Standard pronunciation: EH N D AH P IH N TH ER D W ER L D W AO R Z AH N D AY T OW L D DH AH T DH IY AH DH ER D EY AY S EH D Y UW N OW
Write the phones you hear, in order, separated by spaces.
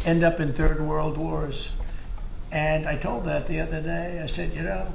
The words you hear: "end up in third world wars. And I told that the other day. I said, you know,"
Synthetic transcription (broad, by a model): EH N D AH P IH N TH ER D W ER L D W AO R Z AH N AY T OW L D DH AH T DH IY AH DH ER D EY AY S EH D Y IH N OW